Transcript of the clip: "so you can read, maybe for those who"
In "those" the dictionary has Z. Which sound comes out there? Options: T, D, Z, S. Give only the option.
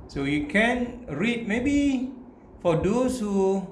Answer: S